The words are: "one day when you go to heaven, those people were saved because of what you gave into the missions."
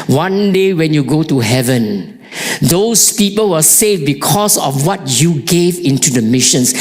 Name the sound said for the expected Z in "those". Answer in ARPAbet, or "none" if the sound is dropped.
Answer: S